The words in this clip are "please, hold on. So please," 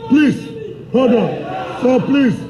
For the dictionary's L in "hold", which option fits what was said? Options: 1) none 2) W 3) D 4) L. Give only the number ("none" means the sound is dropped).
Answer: 1